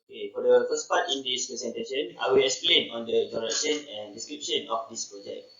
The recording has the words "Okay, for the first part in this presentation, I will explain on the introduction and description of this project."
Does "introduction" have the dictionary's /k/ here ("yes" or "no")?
no